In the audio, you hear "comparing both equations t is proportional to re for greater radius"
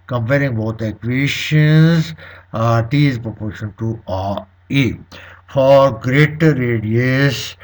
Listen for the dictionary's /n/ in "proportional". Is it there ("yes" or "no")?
no